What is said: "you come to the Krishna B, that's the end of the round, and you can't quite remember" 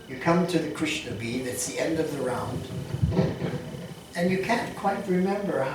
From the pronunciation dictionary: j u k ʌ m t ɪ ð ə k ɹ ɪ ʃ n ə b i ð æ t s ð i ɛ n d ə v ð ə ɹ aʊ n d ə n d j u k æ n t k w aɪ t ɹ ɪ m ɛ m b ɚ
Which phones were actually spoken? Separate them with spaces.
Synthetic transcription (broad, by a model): j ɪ k ʌ m t ɪ ð ə k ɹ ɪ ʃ n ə b i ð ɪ t s ð i ɛ n d ə v ð ə ɹ aʊ n d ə n j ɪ k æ n k w aɪ t ɹ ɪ m ɛ m b ɚ